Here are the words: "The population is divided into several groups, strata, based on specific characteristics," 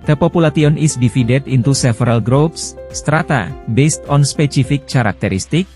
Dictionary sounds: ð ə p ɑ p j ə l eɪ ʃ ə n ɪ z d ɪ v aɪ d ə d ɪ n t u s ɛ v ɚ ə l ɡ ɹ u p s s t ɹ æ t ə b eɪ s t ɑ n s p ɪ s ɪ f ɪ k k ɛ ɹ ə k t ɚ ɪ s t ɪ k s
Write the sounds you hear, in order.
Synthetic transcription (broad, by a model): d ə p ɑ p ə l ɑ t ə n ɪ s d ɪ f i d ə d ɪ n t u s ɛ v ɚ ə l ɡ ɹ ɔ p s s t ɹ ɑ t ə b eɪ s t ɑ n s p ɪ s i f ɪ k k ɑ ɹ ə k t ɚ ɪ s t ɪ k